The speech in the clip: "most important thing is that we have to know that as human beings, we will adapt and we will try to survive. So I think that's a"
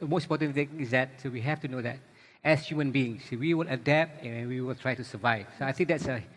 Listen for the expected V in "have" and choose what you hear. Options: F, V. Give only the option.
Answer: F